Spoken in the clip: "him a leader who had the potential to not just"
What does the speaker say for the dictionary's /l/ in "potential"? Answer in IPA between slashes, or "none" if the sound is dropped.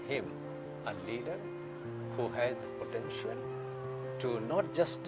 /n/